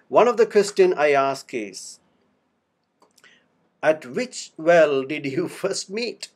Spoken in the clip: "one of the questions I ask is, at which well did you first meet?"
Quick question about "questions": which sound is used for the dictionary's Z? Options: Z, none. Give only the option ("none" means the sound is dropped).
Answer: none